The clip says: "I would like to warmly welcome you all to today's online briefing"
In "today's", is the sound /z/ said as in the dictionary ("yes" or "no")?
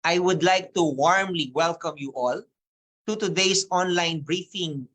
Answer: no